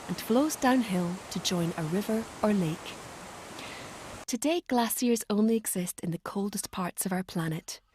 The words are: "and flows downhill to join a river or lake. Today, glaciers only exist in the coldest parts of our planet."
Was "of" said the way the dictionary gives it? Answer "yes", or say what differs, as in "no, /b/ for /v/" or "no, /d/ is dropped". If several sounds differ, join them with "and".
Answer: yes